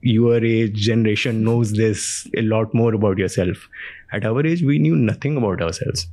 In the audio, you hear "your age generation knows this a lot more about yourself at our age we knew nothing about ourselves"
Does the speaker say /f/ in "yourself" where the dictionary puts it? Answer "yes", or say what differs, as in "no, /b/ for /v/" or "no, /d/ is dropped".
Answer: yes